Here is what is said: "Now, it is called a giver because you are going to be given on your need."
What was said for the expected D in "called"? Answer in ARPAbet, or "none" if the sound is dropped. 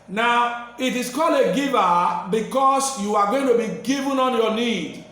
none